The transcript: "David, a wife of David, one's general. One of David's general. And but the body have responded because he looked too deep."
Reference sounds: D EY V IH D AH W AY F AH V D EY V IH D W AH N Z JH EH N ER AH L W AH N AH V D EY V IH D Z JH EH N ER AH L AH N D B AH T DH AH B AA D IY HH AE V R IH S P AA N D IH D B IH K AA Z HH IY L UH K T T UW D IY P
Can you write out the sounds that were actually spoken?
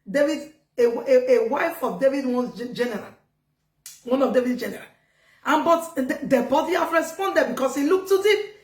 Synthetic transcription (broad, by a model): D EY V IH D AH W AY F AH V D EY V IH D W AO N JH EH N ER AH L W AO N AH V D EY V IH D JH EH N ER AH L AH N B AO T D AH B AA D IY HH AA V R IH S P AA N D IH D B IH K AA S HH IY L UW K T T UW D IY